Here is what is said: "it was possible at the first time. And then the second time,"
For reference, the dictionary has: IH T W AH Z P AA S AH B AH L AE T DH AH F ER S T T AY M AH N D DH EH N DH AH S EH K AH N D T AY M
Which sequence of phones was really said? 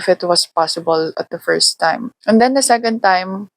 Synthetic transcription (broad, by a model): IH T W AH S P AA S AH B AH L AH T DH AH F ER S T T AY M AH N D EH N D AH S EH K AH N D T AY M